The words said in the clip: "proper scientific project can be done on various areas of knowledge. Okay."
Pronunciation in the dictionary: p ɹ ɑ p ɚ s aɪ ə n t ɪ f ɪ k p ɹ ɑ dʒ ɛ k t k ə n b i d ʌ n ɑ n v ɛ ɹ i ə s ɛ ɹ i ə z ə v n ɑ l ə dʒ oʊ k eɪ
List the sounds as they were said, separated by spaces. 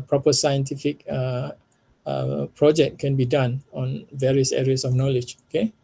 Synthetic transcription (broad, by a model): p ɹ ɑ p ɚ s aɪ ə n t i f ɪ k p ɹ ɑ dʒ ɛ k t k ə n b i d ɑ n ɑ n v ɛ ɹ i ə s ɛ ɹ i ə s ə f n ɑ l ə dʒ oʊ k eɪ